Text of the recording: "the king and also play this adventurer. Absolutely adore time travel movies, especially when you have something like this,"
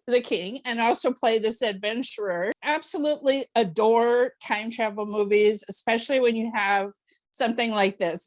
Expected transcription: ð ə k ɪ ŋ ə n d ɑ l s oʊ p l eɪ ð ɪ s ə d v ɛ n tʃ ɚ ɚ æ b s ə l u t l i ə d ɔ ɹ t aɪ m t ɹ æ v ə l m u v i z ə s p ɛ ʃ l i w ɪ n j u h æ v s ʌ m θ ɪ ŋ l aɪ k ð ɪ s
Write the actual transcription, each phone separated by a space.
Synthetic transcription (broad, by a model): ð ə k ɪ ŋ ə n ɑ l s oʊ p l eɪ ð ɪ s ə d v ɛ n tʃ ɚ ɚ æ b s ə l u t l i ə d ɔ ɹ t aɪ m t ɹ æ v l m u v i z ə s p ɛ ʃ l i w ɪ n j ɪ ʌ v s ʌ m θ ɪ ŋ l aɪ k ð ɪ s